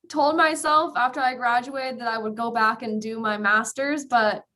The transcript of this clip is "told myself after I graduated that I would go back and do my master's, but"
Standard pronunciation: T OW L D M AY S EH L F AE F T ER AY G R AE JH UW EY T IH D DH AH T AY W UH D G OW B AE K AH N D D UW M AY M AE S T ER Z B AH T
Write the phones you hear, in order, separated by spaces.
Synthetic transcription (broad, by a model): T OW L D M AY S EH L F AE F T ER AY G R AE JH UW EY T IH D DH AH T AY W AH D G OW B AE K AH N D D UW M AY M AE S T ER Z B AH T